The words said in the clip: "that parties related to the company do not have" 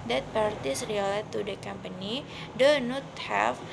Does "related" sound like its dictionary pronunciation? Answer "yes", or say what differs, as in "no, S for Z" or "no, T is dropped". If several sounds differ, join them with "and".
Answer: no, L is dropped